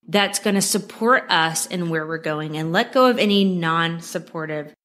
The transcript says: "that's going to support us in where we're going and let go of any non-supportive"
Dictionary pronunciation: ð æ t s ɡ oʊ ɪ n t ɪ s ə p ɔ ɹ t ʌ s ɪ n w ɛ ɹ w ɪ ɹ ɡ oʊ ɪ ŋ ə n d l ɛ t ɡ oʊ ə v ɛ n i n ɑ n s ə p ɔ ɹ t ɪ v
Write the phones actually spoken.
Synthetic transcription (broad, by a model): ð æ t s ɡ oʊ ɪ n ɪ s ə p ɔ ɹ t ʌ s ɪ n w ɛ ɹ w ɪ ɹ ɡ oʊ ɪ ŋ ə n l ɛ t ɡ oʊ ə v ɛ n i n ɑ n s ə p ɔ ɹ t ɪ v